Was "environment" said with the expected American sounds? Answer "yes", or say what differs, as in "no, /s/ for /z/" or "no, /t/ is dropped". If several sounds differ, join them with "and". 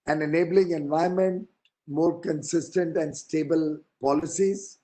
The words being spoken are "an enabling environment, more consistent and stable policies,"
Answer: no, /ɹ/ is dropped